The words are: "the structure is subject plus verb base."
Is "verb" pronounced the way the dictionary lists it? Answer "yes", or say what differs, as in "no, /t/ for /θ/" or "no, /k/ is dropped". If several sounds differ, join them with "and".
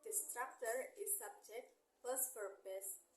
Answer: no, /p/ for /v/